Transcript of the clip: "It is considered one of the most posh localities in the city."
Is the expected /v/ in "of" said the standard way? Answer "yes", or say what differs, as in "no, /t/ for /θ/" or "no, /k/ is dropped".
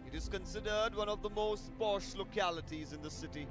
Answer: yes